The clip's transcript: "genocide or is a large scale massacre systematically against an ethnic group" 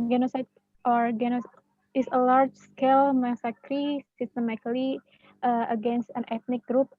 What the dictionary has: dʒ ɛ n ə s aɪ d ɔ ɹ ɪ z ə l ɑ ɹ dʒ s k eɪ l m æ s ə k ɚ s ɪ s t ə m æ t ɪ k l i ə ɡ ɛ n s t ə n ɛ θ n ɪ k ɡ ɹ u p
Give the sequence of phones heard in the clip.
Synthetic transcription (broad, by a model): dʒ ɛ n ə s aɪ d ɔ ɹ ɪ s ə l ɑ ɹ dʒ s k eɪ l m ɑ s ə k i s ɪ s t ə m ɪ k l i ə ɡ ɛ n s t ə n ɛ t n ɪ k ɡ ɹ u p